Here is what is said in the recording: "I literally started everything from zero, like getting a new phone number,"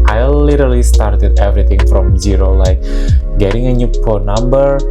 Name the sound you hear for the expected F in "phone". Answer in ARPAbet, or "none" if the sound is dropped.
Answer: P